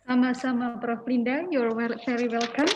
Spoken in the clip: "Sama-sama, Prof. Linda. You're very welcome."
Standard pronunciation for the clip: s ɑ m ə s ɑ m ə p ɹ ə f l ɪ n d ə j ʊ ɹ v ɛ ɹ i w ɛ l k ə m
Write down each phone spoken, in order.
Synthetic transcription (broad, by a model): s ɑ m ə s ɑ m ə p ɹ ə f l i n d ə j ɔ ɹ f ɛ ɹ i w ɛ l k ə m